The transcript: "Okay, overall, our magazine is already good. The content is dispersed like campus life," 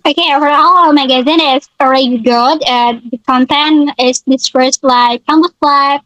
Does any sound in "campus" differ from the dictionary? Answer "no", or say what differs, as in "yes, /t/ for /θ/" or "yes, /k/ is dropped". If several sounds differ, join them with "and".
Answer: yes, /b/ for /p/